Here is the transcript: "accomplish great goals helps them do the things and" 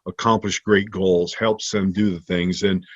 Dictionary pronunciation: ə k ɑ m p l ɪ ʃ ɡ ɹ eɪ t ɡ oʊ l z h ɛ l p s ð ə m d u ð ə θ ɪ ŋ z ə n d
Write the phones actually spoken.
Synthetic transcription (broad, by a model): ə k ɑ m p l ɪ ʃ ɡ ɹ eɪ t ɡ oʊ l z h ɛ l p s ð ə m d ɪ ð ə θ ɪ ŋ z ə n